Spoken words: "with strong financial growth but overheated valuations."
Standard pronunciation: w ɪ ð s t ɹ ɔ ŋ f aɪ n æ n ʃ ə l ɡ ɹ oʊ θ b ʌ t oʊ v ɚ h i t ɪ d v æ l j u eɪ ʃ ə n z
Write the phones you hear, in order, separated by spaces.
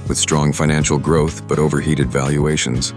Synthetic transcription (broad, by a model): w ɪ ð s t ɹ ɔ ŋ f aɪ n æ n ʃ l ɡ ɹ oʊ θ b ʌ t oʊ v ɚ h i t ɪ d v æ l j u eɪ ʃ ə n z